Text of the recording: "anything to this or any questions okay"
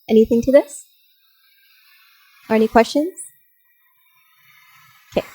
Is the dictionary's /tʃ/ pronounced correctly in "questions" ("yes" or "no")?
yes